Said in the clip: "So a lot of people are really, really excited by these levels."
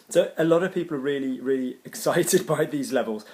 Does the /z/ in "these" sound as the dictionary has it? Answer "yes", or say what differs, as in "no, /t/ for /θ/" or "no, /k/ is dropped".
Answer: yes